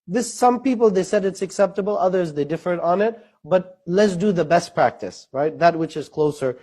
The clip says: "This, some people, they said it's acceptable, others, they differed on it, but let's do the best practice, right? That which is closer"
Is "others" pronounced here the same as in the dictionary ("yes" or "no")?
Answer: yes